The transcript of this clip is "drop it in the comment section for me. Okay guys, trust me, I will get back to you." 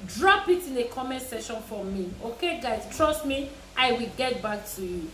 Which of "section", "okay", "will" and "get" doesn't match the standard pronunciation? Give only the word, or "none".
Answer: section